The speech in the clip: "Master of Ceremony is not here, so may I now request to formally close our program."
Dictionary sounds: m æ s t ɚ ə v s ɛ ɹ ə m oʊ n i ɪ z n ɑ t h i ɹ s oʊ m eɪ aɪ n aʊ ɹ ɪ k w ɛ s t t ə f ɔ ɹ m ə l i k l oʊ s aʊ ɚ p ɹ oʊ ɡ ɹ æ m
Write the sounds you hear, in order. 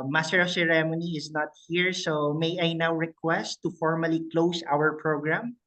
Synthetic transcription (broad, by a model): m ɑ s t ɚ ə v s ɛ ɹ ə m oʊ n i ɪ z n ɑ t h i ɹ s oʊ m eɪ aɪ n aʊ ɹ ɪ k w ɛ s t t ə f ɔ ɹ m ə l i k l oʊ s aʊ ɚ p ɹ oʊ ɡ ɹ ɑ m